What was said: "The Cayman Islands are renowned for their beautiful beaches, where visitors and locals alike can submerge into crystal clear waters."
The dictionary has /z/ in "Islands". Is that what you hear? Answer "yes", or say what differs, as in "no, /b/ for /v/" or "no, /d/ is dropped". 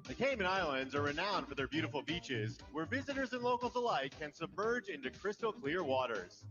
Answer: yes